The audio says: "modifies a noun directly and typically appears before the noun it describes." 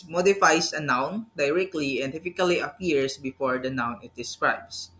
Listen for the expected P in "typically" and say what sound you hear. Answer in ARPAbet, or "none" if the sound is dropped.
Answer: F